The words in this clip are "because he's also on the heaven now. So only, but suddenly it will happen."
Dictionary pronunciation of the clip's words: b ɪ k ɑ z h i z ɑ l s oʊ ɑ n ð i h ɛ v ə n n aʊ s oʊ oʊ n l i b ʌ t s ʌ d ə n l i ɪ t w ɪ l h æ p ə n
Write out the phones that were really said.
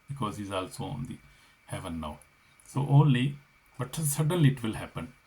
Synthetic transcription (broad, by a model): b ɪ k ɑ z h i z ɑ l s oʊ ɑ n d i h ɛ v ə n n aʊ s oʊ oʊ n l i b ʌ t s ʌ d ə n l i ɪ t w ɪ l h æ p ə n